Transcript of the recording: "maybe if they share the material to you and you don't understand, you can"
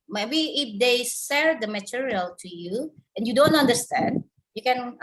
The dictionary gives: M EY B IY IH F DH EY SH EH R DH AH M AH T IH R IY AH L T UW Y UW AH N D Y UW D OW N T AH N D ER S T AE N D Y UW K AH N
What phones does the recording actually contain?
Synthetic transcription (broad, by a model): M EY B IY IH F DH EY S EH R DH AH M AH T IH R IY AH L T UW Y UW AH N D Y UW D OW N T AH N D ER S T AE N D Y UW K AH N